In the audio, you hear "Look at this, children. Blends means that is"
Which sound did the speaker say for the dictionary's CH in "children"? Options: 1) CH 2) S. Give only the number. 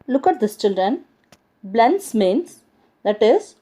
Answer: 1